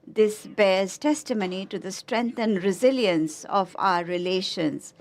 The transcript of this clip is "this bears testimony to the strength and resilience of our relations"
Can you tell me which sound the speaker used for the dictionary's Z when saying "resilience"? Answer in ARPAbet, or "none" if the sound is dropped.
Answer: Z